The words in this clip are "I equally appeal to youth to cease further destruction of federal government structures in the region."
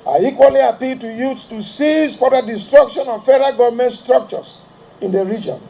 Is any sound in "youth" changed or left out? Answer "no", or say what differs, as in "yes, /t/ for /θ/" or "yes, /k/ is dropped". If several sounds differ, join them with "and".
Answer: yes, /s/ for /θ/